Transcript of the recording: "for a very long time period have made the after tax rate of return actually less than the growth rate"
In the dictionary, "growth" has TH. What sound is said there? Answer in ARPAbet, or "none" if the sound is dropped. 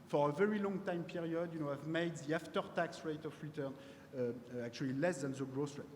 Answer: S